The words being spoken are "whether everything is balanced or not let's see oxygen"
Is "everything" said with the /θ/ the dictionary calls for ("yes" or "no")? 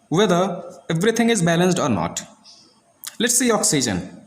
no